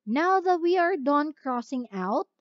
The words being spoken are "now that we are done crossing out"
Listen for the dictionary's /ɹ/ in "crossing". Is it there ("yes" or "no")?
yes